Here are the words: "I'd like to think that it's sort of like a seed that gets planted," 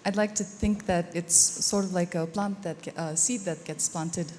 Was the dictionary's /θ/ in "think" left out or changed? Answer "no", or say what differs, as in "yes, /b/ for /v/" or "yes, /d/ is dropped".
no